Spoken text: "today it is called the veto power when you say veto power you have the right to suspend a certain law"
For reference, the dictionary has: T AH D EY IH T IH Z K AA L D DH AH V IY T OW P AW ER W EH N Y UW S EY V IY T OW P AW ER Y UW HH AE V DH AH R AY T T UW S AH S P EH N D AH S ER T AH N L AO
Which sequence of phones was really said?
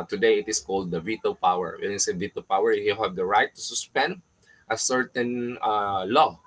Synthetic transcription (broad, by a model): T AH D EY IH T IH S K AA L D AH V IY T OW P AW ER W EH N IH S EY V IY T OW P AW ER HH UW HH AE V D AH R AY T T UW S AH S P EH N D AH S ER T AH N L AO